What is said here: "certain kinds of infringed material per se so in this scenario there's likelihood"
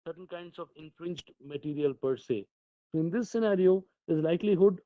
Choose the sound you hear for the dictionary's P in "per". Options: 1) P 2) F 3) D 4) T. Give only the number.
1